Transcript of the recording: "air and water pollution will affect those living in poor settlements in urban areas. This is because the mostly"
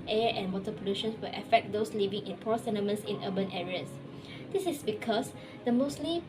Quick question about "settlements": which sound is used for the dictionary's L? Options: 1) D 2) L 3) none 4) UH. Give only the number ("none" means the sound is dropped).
3